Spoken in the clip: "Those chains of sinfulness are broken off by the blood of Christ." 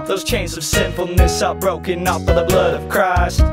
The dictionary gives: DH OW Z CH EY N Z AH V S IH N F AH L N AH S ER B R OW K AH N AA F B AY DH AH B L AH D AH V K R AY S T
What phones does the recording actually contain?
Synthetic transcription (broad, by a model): DH OW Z CH EY N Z AH V S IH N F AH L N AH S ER B R OW K AH N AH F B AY DH AH B L AH D AH V K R AY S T